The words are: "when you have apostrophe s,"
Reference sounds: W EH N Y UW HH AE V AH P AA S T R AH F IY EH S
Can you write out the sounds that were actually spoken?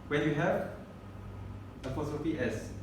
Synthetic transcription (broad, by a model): W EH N Y UW HH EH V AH F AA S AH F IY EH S